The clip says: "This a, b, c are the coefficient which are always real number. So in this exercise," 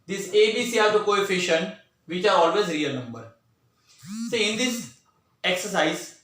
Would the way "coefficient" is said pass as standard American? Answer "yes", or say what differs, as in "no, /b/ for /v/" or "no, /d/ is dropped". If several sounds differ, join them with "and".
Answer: yes